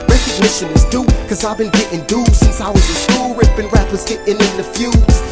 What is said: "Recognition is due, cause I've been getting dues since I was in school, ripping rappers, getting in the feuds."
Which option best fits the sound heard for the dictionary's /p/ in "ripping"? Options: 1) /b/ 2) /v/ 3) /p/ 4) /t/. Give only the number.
1